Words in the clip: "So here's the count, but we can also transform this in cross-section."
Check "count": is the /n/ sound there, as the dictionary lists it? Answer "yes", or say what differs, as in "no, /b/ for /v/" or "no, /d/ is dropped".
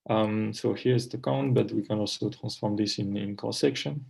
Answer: yes